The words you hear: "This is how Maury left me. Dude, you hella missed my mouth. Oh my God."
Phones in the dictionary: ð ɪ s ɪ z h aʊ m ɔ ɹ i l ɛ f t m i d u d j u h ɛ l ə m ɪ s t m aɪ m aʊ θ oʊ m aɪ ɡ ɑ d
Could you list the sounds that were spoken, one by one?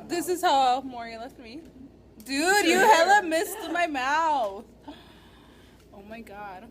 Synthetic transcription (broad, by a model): ð ɪ s ɪ z h aʊ m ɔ ɹ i l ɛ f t m i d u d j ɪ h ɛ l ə m ɪ s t m aɪ m aʊ θ oʊ m aɪ ɡ ɑ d